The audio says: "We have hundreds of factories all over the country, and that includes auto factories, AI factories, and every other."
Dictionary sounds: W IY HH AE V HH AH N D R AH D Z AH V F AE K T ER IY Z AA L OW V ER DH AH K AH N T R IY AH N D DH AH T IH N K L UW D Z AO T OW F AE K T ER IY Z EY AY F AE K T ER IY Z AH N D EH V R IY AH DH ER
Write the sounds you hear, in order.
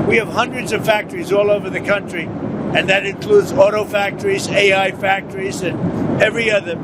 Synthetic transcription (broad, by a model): W IY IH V HH AH N D R AH D Z AH V F AE K T ER IY Z AA L OW V ER DH AH K AH N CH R IY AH N DH AH T IH N K L UW D Z AO T OW F AE K T ER IY Z EY AY F AE K T ER IY Z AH N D EH V R IY AH DH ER